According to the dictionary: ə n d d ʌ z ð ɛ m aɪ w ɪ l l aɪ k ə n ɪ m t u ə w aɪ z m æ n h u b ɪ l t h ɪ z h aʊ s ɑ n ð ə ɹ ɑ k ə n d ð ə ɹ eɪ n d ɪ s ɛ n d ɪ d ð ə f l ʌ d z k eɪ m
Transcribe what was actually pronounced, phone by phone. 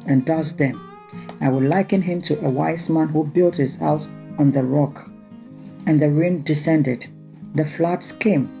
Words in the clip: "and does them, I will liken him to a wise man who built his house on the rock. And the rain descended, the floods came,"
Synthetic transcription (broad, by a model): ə n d d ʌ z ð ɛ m aɪ w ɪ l l aɪ k ə n ɪ m t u ə w aɪ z m æ n h u b ɪ l t h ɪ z h aʊ s ɑ n ð ə ɹ ɑ k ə n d ð ə ɹ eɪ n d ɪ s ɛ n d ɪ d ð ə f l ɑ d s k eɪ m